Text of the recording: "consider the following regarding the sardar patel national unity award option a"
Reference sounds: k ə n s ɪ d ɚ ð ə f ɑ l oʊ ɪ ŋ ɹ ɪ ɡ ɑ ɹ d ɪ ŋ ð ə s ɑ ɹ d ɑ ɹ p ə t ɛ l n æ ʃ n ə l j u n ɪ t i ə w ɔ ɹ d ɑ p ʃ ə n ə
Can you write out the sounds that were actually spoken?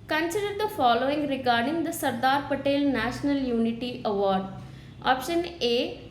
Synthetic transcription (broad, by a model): k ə n s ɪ d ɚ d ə f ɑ l oʊ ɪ ŋ ɹ ɪ ɡ ɑ ɹ d ɪ ŋ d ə s ɑ ɹ d ɑ ɹ p ə t ɛ l n æ ʃ n ə l j u n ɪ t i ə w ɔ ɹ d ɑ p ʃ ə n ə